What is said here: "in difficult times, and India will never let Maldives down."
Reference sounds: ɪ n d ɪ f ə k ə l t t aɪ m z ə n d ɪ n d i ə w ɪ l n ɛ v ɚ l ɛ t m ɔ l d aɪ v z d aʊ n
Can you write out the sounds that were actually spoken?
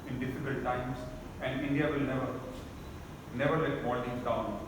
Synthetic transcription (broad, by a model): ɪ n d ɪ f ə k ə l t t aɪ m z ə n d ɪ n d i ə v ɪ l n ɛ v ɚ n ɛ t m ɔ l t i z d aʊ n